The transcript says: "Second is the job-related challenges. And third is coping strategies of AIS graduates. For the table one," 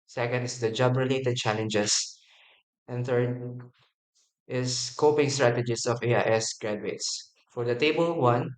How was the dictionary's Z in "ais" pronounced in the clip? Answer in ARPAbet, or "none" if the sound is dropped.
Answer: S